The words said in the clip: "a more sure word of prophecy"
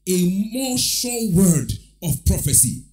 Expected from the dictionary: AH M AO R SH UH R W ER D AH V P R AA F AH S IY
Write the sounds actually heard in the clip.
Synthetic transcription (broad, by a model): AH M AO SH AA L W ER D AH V P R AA F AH S IY